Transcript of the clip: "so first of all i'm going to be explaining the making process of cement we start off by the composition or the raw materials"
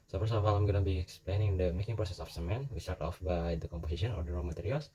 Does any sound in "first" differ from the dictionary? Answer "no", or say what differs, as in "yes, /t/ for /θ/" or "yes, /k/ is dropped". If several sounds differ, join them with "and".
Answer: yes, /t/ is dropped